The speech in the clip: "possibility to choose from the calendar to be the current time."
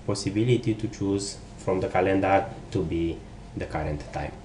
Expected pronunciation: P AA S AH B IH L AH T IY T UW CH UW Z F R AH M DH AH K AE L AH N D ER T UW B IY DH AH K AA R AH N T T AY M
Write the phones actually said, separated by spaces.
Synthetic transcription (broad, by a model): P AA S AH B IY L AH T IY T UW CH UW Z F R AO M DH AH K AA L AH N D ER T UW B IY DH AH K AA R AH N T T AY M